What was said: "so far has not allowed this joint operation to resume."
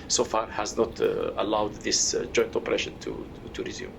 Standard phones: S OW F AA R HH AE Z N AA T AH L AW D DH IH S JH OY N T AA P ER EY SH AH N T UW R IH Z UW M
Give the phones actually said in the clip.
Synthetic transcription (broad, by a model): S OW F AA R HH AE Z N AA T AH L AW D DH IH S JH OY N T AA P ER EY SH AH N T UW R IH Z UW M